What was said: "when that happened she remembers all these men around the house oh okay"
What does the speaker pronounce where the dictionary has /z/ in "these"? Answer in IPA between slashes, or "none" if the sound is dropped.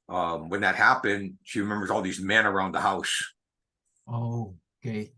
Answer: /z/